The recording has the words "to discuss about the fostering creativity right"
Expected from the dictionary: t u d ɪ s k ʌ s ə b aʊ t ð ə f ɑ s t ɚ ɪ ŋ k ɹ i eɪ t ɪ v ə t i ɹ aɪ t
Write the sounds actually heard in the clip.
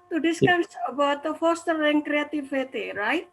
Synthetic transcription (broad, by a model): t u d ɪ s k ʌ s ə b aʊ t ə f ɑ s t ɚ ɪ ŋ k ɹ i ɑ t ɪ f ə t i ɹ aɪ t